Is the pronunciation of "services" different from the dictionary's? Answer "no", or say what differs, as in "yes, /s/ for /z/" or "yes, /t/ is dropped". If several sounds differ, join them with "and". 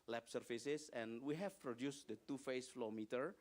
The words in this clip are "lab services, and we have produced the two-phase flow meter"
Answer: yes, /f/ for /v/ and /s/ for /z/